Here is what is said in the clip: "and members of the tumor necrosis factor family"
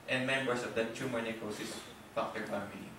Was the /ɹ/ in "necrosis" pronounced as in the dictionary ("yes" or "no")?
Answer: no